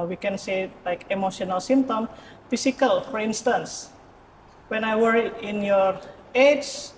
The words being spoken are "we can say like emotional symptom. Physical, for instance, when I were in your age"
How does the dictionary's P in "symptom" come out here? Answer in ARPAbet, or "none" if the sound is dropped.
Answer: none